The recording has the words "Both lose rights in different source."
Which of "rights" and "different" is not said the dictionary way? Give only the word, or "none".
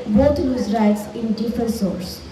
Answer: different